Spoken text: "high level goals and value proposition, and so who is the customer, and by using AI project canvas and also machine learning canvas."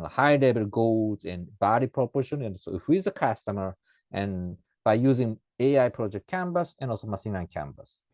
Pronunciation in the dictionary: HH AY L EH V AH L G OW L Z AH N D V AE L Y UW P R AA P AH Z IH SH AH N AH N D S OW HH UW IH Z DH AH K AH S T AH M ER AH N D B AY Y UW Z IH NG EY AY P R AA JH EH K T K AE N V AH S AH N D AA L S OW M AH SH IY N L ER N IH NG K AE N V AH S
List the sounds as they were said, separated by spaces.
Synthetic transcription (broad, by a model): HH AY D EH B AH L G OW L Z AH N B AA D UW P R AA P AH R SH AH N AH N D S OW HH UW IH Z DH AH K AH S T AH M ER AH N B AY Y UW Z IH NG EY AY P R AA JH EH K T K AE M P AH S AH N AA L S OW M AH S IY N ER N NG K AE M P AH S